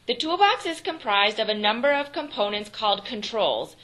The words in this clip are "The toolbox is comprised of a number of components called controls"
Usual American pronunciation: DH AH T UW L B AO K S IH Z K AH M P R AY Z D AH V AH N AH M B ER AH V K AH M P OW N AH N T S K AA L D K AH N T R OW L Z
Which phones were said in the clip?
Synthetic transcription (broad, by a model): DH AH T UW L B AO K S IH Z K AH M P R AY Z D AH V AH N AH M B ER AH V K AH M P OW N AH N T S K AA L D K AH N T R OW L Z